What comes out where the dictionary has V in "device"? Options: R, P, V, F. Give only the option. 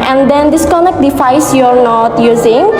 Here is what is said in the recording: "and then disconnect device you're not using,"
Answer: F